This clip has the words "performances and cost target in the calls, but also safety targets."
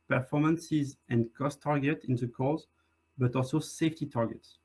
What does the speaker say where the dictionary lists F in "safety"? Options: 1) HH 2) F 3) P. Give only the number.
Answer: 2